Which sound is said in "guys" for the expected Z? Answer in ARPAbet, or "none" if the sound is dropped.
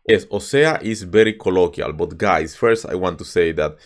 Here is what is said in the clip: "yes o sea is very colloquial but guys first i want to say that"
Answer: S